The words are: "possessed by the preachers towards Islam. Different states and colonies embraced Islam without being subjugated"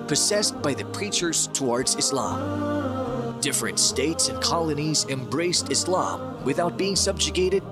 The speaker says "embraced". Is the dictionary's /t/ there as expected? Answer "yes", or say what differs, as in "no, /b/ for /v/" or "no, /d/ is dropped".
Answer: yes